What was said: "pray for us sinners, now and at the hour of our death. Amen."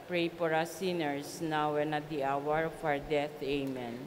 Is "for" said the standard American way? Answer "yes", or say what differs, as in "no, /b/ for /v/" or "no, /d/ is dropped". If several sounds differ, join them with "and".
no, /p/ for /f/